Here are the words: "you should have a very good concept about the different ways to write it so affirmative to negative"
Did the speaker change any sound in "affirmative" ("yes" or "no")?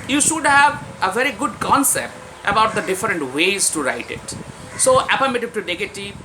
yes